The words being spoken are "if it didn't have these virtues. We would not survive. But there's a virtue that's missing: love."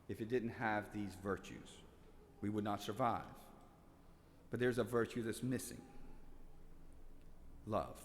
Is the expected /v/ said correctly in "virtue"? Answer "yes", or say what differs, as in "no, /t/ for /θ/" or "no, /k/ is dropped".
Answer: yes